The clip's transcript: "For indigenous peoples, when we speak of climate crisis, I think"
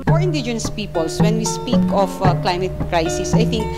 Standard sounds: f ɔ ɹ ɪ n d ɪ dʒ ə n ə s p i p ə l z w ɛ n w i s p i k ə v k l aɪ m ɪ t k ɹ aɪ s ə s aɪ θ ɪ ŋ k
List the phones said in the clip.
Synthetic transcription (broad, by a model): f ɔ ɹ ɪ n d ɪ dʒ ə n ə s p i p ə l s w ɛ n w i s p i k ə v k l aɪ m ɪ t k ɹ aɪ s ə s aɪ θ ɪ ŋ k